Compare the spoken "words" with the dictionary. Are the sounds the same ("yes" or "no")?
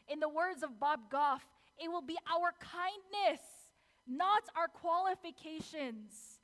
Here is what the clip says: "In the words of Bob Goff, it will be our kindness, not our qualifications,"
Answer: yes